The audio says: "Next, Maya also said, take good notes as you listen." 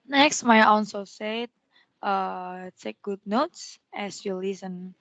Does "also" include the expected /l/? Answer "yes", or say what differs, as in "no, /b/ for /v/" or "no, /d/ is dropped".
no, /n/ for /l/